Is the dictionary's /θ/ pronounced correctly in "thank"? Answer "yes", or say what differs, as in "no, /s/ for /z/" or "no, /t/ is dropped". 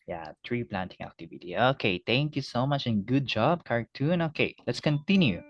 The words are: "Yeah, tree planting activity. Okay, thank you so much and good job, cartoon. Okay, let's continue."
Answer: no, /t/ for /θ/